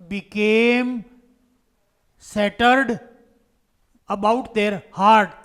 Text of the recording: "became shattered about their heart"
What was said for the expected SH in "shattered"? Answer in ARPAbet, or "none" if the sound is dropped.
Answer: S